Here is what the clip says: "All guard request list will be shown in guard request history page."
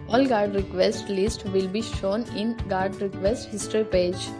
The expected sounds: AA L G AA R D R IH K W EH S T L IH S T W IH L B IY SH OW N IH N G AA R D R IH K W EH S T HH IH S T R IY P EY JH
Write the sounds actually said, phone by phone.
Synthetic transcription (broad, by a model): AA L G AA R D R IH K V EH S T L IH S T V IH L B IY SH OW N IH N G AA R D R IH K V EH S T HH IH S T R IY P EY JH